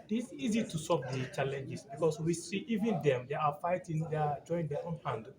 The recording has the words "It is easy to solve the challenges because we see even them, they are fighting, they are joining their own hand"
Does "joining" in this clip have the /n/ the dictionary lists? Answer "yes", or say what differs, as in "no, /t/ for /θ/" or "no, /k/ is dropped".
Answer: no, /n/ is dropped